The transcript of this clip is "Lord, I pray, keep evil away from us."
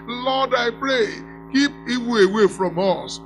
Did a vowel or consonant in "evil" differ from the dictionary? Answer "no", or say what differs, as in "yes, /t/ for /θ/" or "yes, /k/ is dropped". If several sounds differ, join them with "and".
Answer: yes, /w/ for /v/